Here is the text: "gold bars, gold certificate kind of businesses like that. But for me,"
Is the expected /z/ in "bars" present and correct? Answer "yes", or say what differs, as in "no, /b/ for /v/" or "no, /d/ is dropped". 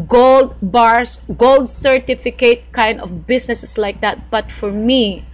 no, /s/ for /z/